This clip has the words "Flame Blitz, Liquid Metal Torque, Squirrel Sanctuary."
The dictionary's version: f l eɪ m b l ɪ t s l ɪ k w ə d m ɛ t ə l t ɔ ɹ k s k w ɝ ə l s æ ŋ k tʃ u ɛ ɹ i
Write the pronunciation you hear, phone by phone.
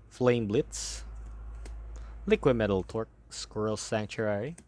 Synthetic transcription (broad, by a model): f l eɪ m b l ɪ t s l ɪ k w ə d m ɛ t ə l t ɔ ɹ k s k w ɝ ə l s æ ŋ k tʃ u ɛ ɹ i